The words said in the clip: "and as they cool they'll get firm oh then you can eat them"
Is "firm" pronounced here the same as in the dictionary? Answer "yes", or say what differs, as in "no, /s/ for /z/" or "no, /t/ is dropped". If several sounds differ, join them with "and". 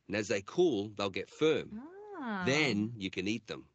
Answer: yes